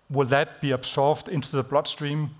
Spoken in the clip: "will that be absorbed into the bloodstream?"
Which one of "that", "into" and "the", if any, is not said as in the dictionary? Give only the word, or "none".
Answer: none